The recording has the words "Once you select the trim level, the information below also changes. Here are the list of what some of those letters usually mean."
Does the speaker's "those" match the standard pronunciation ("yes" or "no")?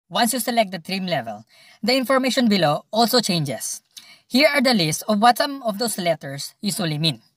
no